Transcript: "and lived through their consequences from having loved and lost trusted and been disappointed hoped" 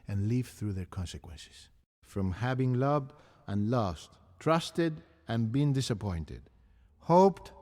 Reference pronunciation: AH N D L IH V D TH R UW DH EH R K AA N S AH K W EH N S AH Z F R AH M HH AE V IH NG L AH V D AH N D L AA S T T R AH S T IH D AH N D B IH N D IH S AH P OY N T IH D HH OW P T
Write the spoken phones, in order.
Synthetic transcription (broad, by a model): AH N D L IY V TH R UW DH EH R K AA N S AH K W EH N S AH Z F R AH M HH AE V IH NG L AH V D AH N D L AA S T T R AH S T IH D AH N B IH N D IH S AH P OY N T IH D HH OW P T